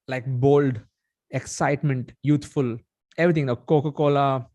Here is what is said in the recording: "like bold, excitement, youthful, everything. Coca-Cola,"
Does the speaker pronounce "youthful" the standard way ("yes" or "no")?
no